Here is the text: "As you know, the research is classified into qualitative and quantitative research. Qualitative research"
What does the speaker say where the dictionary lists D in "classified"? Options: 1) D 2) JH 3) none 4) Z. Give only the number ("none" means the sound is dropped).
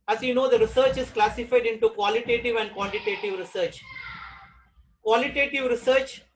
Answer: 1